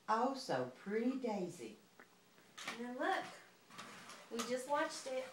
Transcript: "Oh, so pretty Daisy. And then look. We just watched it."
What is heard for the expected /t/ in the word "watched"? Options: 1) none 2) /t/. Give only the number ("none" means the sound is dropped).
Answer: 2